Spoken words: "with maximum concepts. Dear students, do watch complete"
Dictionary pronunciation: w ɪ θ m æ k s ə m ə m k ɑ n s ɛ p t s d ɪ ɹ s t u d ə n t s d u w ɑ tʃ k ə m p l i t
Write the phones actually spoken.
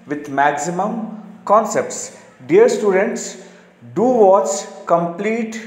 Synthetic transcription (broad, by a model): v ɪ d m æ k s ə m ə m k ɑ n s ɛ p t s d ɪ ɹ s t u d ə n t s d u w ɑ s k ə m p l i t